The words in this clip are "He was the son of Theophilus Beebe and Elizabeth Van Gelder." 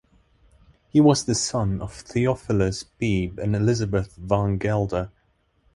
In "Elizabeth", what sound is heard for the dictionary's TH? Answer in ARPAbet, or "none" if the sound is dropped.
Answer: TH